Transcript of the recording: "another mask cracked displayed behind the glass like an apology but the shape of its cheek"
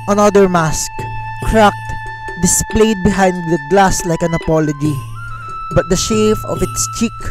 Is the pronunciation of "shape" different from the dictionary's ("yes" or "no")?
yes